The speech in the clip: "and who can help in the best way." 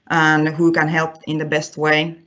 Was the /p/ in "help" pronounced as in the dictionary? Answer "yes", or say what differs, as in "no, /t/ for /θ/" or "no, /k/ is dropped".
yes